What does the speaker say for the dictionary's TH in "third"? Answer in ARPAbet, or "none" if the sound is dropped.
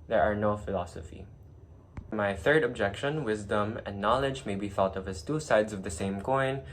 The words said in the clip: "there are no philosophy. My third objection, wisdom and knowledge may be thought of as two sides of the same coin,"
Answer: TH